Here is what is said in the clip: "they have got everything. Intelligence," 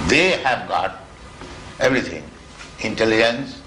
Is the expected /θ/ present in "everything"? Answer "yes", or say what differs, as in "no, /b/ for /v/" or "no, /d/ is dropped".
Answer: no, /t/ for /θ/